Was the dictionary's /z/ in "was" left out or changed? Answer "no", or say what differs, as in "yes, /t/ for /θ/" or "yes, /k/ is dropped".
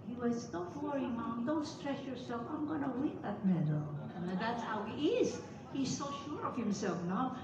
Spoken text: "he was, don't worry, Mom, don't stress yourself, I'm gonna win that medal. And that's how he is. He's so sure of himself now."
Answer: yes, /s/ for /z/